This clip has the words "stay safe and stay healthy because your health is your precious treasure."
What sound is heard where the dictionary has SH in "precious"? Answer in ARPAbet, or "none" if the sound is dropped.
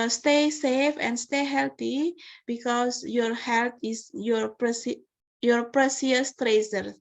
S